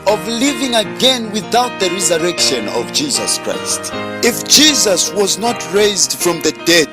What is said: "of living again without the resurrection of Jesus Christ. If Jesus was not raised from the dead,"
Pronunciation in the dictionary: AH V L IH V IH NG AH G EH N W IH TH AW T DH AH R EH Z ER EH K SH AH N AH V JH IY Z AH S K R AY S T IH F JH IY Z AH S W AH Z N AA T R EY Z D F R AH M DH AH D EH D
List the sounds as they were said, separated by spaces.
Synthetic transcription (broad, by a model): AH V L IH V IH NG AH G EH N W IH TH AW T DH AH R EH Z ER EH K SH AH N AH V JH IY Z AH S K R AY S T IH F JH IY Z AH S W AH Z N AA T R EY Z D F R AH M DH AH D EH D